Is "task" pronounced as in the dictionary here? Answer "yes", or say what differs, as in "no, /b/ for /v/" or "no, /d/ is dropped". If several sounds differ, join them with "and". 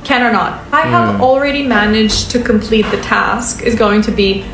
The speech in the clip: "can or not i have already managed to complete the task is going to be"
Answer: yes